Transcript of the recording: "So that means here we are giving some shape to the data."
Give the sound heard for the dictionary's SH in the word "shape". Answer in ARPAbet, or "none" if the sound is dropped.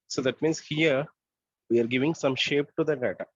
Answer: SH